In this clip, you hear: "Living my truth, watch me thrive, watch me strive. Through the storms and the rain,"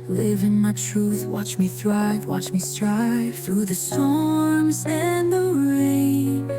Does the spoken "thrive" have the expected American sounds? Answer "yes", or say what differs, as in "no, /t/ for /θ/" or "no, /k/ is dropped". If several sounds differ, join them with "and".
yes